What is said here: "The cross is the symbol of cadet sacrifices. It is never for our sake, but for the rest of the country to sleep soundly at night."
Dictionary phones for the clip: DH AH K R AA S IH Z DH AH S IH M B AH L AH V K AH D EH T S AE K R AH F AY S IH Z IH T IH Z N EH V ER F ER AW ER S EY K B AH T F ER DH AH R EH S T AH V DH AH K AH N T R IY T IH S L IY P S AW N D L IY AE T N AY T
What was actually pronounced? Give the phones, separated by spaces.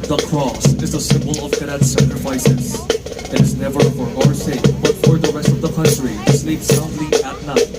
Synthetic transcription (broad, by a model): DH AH K R AA S IH Z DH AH S IH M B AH L AH V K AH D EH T S AE K R AH F AY S IH Z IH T IH Z N EH V ER F ER AW ER S EY K B AH T F ER DH AH R EH S T AH V DH AH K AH N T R IY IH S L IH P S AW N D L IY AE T N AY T